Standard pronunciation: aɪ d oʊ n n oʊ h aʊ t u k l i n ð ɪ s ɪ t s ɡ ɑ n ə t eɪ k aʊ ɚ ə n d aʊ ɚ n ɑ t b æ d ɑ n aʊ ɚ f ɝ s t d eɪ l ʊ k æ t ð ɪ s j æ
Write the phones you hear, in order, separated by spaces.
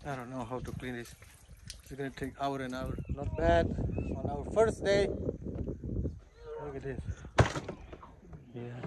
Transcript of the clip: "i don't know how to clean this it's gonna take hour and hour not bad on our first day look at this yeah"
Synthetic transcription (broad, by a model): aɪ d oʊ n n oʊ h aʊ t u k l i n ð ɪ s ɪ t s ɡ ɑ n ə t eɪ k aʊ ɚ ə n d aʊ ɚ l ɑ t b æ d ɑ n aʊ ɚ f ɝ s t d eɪ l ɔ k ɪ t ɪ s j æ